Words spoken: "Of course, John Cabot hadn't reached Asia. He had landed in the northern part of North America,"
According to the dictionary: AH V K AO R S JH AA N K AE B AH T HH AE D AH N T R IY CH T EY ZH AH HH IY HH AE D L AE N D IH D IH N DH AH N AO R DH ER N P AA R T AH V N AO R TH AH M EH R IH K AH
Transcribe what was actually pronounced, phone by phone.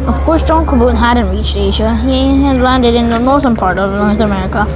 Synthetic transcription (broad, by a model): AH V K AO R S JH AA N K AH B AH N HH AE D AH N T R IY CH T EY ZH AH HH IY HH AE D L AE N D IH D IH N DH AH N AO R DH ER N P AA R T AH V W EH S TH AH M EH R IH K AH